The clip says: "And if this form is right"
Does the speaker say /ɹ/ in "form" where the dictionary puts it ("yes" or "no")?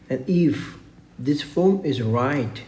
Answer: no